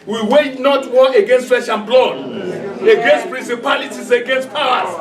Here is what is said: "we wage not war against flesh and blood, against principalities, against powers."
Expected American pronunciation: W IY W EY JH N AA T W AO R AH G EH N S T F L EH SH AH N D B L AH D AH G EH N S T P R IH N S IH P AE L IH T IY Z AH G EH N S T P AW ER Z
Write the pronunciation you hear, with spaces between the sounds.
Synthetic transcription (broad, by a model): W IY W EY N AA T W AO AH G EH N S T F EH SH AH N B L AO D AH G EH N S T P R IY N S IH P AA L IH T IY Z AH G EH N S T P AW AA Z